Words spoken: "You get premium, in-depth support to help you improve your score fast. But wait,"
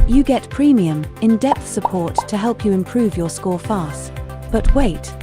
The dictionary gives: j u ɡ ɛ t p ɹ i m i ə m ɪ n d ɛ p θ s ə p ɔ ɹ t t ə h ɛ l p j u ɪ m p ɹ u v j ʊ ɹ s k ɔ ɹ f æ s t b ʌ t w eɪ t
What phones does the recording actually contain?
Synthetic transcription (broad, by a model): j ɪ ɡ ɛ t p ɹ i m i ə m ɪ n d ɛ p θ s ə p ɔ ɹ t t ə h ɛ l p j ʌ ɪ m p ɹ u v j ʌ ɹ s k ɔ ɹ f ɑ s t b ʌ t w eɪ t